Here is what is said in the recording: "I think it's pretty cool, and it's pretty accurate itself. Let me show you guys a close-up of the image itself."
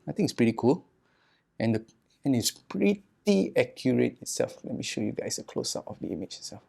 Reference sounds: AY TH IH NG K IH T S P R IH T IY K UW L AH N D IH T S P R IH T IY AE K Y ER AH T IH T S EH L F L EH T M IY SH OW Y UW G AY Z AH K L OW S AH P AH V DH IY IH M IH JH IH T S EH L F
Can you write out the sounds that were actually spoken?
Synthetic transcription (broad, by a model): AY T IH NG IH T S P R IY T IY K UW L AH N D IH T S P R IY T IY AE K Y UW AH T IH T S EH L F L EH T M IY SH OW Y UW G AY S AH K L OW S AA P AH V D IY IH M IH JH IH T S EH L F